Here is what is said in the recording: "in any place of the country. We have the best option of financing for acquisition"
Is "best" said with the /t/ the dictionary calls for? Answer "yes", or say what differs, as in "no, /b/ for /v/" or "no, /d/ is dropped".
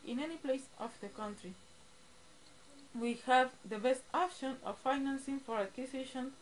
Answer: yes